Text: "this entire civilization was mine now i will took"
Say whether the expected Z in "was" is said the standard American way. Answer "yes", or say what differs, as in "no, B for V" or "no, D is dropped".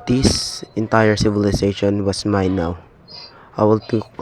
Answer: no, S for Z